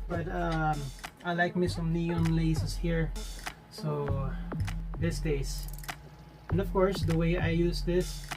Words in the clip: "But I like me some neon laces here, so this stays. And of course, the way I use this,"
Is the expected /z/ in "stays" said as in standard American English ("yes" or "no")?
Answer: no